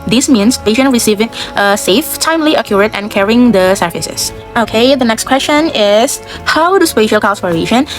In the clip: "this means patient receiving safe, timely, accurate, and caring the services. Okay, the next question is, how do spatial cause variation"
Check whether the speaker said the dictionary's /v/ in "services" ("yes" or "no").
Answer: no